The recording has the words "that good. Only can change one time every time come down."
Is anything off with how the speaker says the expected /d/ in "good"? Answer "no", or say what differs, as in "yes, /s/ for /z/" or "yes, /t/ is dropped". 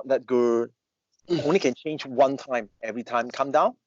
yes, /d/ is dropped